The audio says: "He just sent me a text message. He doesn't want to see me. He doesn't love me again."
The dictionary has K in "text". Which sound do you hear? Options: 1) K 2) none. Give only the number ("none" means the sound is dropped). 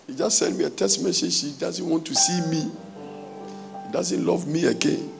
2